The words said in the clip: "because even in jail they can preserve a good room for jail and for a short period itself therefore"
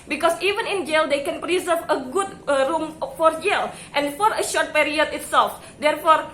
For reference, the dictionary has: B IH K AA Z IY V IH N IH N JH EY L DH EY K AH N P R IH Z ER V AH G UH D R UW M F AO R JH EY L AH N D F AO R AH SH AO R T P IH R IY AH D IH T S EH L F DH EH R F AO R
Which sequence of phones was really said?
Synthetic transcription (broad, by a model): B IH K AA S IY V IH N IH N JH EY L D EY K AH N P R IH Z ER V AH G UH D R UW M F AO R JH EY L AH N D F AO R AH SH AO R T P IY R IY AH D IH T S EH L F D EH R F AO R